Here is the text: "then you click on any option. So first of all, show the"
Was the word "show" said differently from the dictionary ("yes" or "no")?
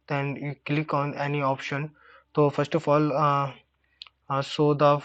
yes